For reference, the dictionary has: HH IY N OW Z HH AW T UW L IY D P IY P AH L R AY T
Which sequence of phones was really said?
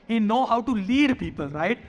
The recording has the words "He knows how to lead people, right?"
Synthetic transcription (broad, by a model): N N OW HH AW T UW L IY D P IY P AH L R AY T